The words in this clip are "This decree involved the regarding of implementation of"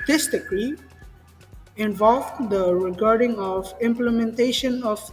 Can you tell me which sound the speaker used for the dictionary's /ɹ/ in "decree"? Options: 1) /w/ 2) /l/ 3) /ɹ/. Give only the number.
2